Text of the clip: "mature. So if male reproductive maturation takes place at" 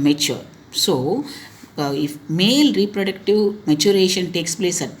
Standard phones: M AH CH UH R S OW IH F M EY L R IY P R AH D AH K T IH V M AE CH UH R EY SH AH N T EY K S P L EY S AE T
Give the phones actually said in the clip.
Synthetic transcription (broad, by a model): M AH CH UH R S OW IH F M EY L R IY P R AH D AH K T IH V M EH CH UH R EY SH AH N T EY K S P L EY S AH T